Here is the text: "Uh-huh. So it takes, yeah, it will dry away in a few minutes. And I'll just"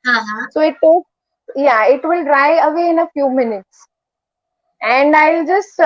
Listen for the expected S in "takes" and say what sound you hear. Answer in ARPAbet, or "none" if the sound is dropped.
none